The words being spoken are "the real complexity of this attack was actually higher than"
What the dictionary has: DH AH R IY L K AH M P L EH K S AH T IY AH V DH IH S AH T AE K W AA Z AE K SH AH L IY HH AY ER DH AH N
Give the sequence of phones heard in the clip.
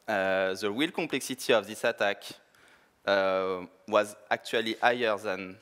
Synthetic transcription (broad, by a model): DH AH W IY L K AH P L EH K S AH T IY AH V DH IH S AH T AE K W AA Z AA K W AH L IY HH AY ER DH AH N